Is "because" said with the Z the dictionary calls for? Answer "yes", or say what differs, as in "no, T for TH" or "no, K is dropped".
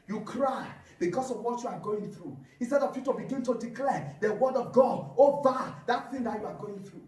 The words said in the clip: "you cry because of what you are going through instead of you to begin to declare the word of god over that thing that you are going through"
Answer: no, S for Z